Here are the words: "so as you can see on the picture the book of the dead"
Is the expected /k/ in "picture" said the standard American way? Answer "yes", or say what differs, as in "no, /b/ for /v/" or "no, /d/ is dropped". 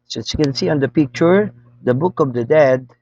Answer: yes